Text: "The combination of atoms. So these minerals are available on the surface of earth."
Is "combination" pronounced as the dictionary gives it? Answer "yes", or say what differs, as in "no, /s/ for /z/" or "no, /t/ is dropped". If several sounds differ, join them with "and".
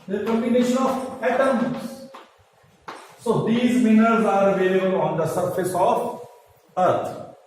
no, /b/ is dropped